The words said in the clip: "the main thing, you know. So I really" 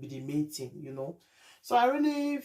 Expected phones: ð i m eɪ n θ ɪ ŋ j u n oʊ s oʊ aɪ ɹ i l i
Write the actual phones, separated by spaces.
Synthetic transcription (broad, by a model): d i m eɪ n t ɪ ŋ j u n oʊ s oʊ aɪ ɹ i l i